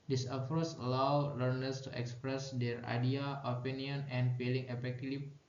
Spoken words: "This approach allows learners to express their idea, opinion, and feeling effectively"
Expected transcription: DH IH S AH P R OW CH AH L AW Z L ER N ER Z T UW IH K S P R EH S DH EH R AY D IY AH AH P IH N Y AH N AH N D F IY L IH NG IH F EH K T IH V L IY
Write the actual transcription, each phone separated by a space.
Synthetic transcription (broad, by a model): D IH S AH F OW S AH L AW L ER N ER S T UW IH K S P R EH S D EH R AY D IY AH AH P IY N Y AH N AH N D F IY L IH NG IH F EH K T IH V